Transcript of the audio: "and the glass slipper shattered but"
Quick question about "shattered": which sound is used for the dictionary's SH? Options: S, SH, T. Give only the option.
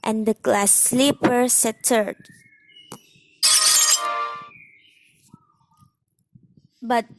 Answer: S